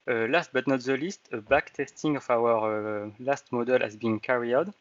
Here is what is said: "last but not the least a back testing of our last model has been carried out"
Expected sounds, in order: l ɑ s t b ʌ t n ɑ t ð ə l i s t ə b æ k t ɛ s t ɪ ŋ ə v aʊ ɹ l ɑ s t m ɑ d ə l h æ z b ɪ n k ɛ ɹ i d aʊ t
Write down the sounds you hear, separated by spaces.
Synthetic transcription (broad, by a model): l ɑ s t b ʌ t n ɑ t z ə l i s t ə b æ k t ɛ s t ɪ ŋ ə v aʊ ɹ l ɑ s t m ɑ d ə l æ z b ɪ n k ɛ ɹ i aʊ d